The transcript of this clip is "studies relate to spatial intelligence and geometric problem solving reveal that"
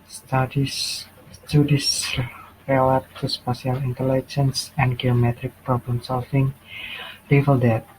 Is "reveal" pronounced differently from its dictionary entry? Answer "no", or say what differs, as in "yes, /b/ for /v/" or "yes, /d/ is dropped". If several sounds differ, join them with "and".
yes, /l/ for /ɹ/